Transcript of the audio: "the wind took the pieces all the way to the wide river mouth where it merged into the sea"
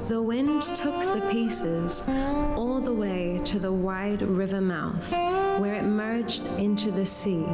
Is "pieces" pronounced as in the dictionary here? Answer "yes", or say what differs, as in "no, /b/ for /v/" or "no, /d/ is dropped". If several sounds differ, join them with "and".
yes